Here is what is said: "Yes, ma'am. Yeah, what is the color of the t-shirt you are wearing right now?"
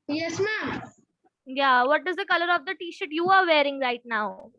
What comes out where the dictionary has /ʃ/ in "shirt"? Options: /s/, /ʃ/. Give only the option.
/ʃ/